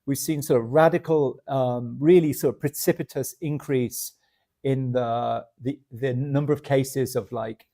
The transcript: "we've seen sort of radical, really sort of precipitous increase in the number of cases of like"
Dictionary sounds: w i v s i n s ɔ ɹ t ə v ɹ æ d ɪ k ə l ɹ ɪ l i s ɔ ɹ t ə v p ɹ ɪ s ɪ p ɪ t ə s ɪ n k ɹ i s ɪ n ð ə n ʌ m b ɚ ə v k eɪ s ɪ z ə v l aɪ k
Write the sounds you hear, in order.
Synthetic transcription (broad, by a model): w i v s i n s ɔ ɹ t ə v ɹ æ d ɪ k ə l ɹ ɪ l i s ɔ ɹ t ə v p ɹ ɪ s ɪ p ɪ t ə s ɪ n k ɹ i s ɪ n ð ə n ʌ m b ɚ ə v k eɪ s ɪ z ə v l aɪ k